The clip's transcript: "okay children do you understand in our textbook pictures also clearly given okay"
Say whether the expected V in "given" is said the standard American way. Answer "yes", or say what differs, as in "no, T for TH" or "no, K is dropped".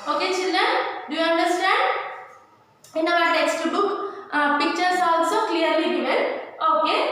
no, V is dropped